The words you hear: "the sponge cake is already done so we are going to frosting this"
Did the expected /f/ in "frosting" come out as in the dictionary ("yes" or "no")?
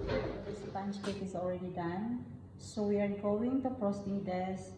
no